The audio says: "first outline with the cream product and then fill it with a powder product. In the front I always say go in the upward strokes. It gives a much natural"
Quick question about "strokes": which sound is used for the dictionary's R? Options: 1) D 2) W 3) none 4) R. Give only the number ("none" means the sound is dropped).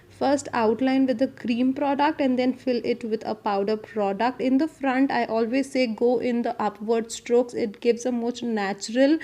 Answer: 4